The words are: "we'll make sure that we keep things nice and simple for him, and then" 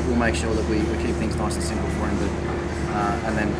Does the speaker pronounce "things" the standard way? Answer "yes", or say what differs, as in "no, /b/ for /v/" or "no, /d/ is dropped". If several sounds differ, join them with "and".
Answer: yes